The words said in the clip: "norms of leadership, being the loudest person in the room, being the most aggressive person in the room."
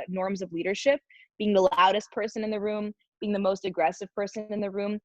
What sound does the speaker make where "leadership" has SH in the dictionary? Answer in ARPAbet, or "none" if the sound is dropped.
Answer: SH